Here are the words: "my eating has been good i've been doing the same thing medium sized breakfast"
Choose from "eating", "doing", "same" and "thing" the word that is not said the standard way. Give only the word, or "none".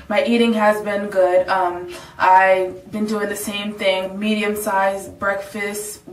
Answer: none